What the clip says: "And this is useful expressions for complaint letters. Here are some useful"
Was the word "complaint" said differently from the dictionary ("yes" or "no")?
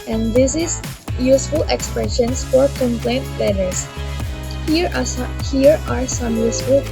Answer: no